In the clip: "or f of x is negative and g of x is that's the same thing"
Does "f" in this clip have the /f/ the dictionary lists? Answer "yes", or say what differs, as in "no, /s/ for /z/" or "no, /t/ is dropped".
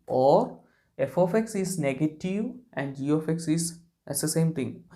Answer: yes